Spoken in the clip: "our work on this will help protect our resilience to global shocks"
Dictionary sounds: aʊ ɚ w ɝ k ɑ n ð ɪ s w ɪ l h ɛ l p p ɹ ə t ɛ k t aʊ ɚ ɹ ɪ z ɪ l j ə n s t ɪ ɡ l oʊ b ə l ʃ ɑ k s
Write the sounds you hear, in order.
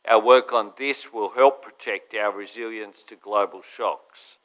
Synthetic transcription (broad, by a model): aʊ ɚ w ɝ k n ð ɪ s w ɪ l h ɛ l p p ɹ ə t ɛ k t aʊ ɚ ɹ ɪ z ɪ l j ə n s t ɪ ɡ l oʊ b ə l ʃ ɑ k s